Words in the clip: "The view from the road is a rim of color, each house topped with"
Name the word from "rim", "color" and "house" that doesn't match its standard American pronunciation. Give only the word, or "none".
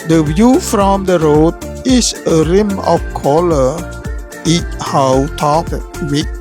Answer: house